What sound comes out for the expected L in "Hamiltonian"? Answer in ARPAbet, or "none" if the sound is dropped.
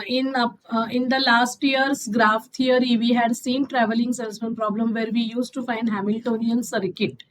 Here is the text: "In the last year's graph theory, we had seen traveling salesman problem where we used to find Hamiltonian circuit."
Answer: L